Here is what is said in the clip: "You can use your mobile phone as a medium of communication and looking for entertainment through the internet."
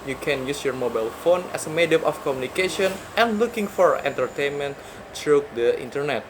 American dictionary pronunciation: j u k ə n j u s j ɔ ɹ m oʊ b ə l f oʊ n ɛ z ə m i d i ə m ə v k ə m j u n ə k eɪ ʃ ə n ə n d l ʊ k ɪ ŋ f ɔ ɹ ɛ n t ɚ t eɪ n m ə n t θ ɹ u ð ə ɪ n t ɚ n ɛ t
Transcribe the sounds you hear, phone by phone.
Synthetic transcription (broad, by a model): j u k ə n j u s j ɔ ɹ m oʊ b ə l f oʊ n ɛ s ə m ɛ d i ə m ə f k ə m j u n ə k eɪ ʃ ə n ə n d l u k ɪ ŋ f ɔ ɹ ɛ n t ɚ t eɪ n m ə n t ɹ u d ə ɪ n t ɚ n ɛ t